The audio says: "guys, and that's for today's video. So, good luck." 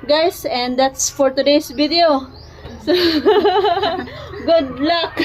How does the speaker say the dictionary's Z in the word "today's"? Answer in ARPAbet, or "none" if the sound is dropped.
S